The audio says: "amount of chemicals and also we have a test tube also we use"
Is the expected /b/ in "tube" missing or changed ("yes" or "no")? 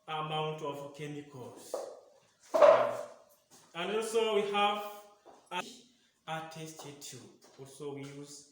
yes